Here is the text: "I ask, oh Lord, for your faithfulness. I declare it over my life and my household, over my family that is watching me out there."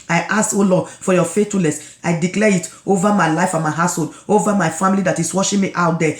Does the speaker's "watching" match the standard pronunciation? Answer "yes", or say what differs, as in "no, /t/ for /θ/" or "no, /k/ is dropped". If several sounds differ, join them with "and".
no, /ʃ/ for /tʃ/